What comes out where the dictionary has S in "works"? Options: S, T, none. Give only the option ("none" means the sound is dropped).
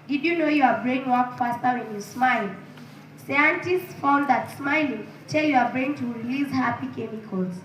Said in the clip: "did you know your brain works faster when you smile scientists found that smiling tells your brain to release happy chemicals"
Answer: none